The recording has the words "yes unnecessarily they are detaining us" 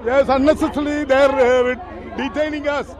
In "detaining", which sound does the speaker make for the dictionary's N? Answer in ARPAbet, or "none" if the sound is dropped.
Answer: N